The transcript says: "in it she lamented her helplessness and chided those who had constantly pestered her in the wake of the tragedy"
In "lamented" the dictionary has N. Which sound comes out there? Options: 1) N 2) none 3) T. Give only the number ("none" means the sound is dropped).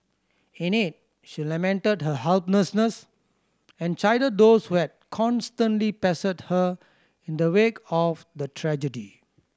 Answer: 1